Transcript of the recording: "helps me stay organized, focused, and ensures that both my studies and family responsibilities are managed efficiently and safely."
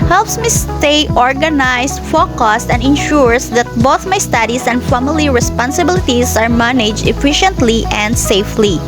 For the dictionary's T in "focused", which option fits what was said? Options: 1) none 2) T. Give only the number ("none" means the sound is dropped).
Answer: 2